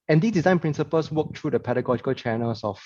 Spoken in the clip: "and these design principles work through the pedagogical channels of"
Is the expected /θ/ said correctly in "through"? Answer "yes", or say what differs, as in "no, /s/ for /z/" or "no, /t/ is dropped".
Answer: no, /t/ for /θ/